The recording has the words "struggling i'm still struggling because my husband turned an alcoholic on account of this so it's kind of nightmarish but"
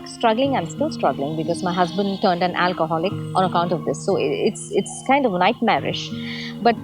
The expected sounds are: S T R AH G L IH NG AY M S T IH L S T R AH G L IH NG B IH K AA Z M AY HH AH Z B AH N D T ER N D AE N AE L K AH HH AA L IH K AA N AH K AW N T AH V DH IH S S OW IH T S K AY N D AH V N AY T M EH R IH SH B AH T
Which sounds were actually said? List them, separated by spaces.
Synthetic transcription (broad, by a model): S T R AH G L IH NG AY M S T IH L S T R AH G L IH NG B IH K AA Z M AY HH AH Z B AH N D T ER N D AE N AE L K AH HH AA L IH K AA N AH K AW N T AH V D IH S S IH T S K AY N D AH V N AY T M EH R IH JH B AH T